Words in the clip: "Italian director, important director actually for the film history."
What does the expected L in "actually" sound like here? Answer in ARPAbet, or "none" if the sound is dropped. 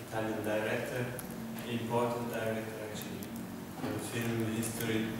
none